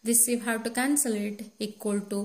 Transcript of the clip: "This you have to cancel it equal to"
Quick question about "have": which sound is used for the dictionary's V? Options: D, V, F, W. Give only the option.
W